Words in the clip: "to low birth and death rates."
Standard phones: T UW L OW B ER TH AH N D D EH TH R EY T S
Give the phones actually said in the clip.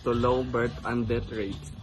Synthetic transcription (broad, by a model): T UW L OW B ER T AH N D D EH T R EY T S